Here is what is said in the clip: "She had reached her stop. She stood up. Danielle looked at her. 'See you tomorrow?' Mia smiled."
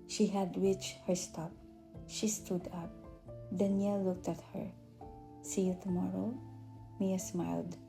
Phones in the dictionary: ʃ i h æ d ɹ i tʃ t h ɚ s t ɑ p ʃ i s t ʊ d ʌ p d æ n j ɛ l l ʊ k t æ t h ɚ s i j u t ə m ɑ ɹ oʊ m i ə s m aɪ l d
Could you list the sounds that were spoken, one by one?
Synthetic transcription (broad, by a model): ʃ i h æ d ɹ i tʃ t h ɚ s t ɑ p ʃ i s t ʊ d ʌ p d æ n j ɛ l l ʊ k t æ t h ɚ s i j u t ə m ɑ ɹ oʊ m i ə s m aɪ l d